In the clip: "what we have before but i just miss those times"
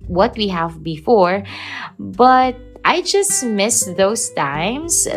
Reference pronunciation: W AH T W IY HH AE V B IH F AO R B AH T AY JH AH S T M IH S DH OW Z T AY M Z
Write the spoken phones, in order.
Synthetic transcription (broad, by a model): W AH T W IY HH AE V B IH F AO R B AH T AY JH AH S T M IH S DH OW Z T AY M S